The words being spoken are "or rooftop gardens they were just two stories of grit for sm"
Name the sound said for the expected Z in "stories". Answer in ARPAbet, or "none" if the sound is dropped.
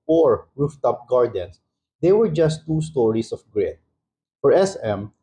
S